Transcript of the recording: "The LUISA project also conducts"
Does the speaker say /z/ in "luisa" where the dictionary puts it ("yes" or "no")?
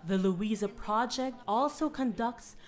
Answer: yes